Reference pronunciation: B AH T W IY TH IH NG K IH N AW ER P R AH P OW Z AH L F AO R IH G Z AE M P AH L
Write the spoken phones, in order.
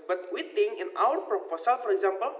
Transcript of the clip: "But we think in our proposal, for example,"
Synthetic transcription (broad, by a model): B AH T W IY T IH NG IH N AW ER P R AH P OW S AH L F AO R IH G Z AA M P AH L